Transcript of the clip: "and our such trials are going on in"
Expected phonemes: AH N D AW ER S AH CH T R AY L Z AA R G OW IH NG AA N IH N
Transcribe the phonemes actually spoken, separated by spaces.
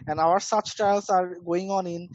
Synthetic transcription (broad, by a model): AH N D AW ER S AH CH T AY L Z AA R G OW IH NG AA N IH N